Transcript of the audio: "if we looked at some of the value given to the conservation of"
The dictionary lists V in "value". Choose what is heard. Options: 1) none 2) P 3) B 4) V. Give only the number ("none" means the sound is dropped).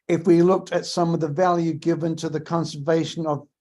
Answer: 4